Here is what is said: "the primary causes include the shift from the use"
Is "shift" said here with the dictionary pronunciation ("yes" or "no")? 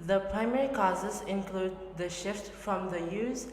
yes